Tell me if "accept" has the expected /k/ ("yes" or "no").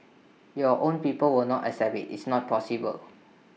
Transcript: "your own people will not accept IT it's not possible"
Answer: no